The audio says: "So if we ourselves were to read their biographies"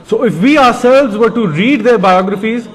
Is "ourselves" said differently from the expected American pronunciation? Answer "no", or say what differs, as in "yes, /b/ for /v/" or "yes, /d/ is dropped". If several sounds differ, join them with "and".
no